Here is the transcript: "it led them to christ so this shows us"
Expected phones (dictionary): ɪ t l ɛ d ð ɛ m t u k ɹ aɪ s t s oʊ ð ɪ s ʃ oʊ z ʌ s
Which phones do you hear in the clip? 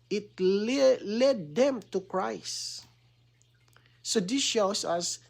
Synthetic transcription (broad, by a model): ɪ t l ɛ d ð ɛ m t u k ɹ aɪ s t s oʊ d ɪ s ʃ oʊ s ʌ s